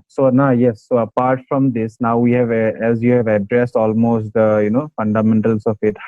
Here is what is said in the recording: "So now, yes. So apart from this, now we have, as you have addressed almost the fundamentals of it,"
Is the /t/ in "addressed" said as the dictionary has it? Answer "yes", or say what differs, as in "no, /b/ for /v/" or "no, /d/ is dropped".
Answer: yes